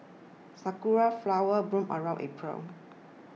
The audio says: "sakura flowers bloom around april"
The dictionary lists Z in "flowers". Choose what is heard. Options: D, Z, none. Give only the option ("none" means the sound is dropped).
none